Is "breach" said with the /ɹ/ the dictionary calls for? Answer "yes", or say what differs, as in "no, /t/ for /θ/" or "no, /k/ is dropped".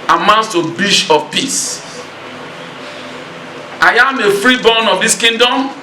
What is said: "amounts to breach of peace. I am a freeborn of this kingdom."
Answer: no, /ɹ/ is dropped